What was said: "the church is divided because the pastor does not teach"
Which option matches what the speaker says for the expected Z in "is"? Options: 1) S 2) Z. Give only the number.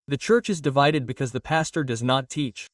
2